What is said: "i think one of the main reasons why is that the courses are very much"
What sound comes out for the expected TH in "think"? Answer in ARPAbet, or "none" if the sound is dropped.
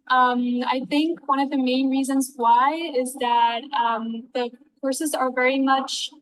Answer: TH